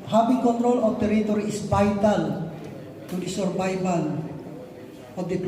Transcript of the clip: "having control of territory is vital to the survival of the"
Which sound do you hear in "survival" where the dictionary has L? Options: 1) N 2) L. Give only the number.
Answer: 1